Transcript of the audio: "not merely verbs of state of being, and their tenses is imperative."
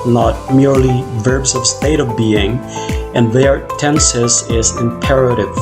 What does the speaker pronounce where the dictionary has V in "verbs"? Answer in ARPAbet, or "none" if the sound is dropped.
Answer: V